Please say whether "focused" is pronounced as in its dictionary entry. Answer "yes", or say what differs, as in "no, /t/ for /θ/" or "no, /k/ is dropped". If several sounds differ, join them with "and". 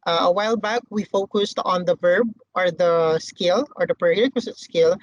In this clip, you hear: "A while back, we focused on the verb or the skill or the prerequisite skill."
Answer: yes